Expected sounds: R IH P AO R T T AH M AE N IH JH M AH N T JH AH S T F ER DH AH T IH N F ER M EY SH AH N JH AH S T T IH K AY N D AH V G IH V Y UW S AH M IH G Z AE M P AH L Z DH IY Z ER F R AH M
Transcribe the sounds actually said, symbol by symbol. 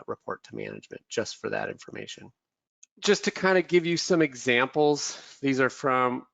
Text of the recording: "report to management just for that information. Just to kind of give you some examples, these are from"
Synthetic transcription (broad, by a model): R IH P AO R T T AH M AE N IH JH M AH N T JH AH S T F ER DH AH T IH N F ER M EY SH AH N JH AH S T T IH K AY N D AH G IH V Y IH S AH M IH G Z AE M P L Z DH IY Z ER F R AH M